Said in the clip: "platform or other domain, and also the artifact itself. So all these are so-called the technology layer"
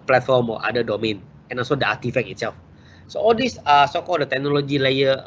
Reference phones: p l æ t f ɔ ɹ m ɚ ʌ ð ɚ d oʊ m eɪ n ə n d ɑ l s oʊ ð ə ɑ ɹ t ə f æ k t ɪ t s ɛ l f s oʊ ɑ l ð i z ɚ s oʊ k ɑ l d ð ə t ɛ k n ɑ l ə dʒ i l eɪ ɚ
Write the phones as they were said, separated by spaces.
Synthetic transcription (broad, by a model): p l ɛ t f ɔ ɹ m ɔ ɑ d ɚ d oʊ m eɪ n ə n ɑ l s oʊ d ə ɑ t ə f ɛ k ɪ t s ɛ l f s oʊ ɑ l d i s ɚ s oʊ k ɑ l d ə t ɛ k n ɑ l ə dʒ i l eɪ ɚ